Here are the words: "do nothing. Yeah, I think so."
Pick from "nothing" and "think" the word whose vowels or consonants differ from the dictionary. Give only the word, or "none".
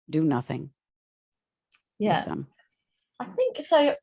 none